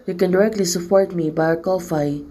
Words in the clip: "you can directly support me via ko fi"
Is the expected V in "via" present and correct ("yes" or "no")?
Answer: no